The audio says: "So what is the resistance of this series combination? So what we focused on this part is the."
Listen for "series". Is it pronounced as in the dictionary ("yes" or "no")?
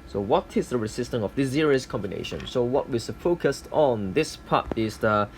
no